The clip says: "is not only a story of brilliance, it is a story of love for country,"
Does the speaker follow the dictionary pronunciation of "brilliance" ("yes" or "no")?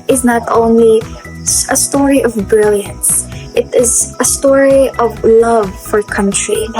yes